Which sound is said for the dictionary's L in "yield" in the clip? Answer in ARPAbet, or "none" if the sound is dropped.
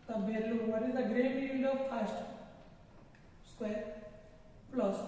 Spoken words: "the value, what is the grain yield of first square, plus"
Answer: N